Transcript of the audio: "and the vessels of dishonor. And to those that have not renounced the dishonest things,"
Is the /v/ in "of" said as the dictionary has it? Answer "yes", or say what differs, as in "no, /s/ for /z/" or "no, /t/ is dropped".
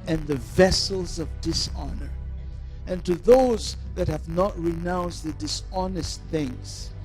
yes